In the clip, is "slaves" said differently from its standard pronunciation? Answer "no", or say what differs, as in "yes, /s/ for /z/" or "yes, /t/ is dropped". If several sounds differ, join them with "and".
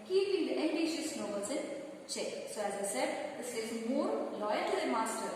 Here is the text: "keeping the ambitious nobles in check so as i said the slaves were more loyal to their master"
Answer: yes, /l/ is dropped and /v/ is dropped